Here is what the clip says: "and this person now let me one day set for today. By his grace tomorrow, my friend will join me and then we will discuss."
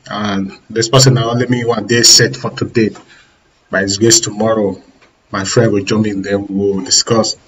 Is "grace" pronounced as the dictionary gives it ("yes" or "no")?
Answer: no